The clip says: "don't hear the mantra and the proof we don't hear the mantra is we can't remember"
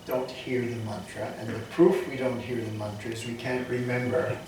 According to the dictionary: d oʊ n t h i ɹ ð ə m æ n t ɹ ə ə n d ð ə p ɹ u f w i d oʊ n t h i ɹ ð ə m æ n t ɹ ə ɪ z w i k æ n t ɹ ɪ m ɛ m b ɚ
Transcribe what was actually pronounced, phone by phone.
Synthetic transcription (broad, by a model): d oʊ n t h i ɹ ð ə m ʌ n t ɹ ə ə n ð ə p ɹ u f w i d oʊ n t h i ɹ ð ə m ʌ n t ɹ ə ɪ z w i k æ n t ɹ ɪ m ɛ m b ɚ